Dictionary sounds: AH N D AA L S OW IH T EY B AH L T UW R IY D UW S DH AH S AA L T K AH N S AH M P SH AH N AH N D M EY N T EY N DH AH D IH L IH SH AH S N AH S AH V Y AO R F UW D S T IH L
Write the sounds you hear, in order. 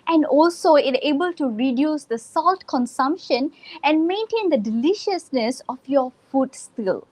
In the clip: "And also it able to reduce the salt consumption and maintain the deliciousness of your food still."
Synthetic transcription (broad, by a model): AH N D AA L S OW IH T EY B AH L T UW R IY D UW S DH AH S AA L T K AH N S AH M P SH AH N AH N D M EY N T EY N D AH D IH L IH SH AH S N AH S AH F Y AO F UW D S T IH L